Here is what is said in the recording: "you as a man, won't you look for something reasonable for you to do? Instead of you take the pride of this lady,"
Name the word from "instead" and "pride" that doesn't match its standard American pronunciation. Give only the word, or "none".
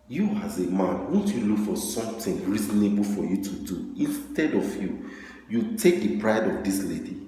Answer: none